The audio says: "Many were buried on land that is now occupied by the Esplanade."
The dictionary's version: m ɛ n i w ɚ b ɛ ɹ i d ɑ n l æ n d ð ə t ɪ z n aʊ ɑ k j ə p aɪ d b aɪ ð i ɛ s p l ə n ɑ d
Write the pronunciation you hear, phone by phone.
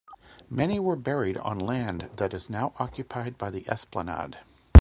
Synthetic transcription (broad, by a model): m ɛ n i w ɚ b ɛ ɹ i d n l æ n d ð ə t ɪ z n aʊ ɑ k j ə p aɪ d b aɪ ð i ɛ s p l ə n ɑ d